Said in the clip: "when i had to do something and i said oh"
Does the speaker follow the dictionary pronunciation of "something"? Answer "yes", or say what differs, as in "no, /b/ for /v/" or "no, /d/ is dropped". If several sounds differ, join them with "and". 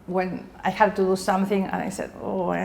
yes